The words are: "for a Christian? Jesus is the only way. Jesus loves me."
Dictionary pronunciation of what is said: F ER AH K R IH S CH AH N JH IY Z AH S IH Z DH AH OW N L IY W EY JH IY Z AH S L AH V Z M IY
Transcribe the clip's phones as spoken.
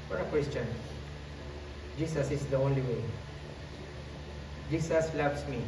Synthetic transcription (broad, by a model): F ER AH K W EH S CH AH N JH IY S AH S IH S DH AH OW N L IY W EY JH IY S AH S L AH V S M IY